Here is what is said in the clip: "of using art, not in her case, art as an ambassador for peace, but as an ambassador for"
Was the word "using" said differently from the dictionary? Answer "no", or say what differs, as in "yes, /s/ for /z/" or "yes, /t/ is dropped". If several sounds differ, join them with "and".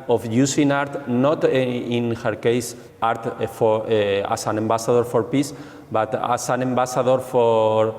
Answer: yes, /s/ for /z/